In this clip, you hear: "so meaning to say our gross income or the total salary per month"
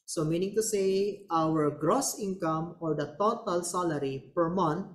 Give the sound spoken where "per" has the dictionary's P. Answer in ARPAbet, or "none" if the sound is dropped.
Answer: P